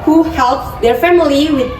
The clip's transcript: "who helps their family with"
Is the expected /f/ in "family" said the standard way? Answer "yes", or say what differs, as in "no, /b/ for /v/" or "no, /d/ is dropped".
yes